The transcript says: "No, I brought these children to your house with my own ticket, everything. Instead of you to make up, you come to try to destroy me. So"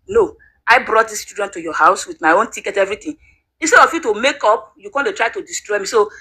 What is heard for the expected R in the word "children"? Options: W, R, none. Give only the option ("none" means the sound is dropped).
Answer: none